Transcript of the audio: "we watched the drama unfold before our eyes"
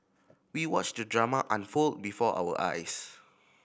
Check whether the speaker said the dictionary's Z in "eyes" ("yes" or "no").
no